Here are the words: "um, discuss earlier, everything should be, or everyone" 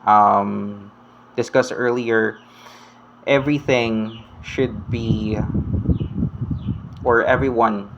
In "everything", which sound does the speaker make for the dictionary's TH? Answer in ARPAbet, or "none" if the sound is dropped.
TH